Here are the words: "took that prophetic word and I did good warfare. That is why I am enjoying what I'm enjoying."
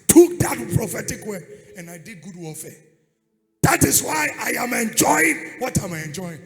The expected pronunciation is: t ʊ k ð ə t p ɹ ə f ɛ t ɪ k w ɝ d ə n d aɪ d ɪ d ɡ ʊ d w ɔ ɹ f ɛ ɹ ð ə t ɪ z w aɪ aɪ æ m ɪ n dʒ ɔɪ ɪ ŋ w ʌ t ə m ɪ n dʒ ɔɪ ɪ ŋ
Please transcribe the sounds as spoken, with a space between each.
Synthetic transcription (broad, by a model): t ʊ k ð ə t p ɹ ə f ɛ t ɪ k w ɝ ə n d aɪ d ɪ d ɡ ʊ d w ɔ l f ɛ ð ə t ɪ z w aɪ aɪ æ m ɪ n dʒ ɔɪ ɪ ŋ w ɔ t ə m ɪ n dʒ ɔɪ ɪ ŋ